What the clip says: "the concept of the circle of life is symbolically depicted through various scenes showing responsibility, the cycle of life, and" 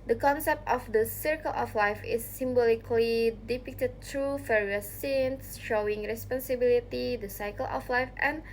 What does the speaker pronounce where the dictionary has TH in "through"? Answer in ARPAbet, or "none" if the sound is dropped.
T